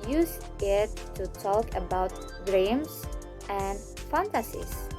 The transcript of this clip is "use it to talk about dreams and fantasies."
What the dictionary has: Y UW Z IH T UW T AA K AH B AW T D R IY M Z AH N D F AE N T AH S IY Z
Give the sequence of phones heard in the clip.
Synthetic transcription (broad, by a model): Y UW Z IH T UW T AA K AH B AW T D R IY M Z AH N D F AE N T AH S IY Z